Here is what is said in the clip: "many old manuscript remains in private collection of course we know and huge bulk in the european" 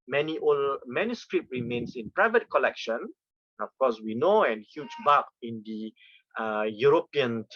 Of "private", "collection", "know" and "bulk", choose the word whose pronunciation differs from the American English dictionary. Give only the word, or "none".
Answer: bulk